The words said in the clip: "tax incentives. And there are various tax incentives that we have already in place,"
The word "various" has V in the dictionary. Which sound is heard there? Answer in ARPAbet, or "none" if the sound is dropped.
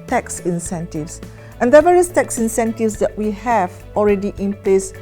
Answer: V